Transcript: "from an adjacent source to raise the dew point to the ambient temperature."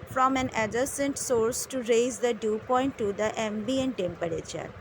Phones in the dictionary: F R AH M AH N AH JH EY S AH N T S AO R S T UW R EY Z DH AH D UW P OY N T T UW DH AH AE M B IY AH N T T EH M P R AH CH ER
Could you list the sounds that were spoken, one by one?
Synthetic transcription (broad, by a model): F R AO M AH N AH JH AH S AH N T S AO R S T UW R EY Z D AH D UW P OY N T T UW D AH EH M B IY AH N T T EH M P R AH CH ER